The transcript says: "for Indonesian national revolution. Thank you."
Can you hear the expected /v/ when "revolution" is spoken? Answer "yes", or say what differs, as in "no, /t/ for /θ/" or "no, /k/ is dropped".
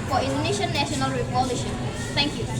no, /p/ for /v/